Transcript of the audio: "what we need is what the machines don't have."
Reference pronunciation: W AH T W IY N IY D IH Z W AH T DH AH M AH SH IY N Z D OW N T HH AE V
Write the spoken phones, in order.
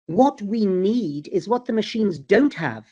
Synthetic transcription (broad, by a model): W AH T W IY N IY D IH Z W AH T DH AH M AH SH IY N Z D OW N T HH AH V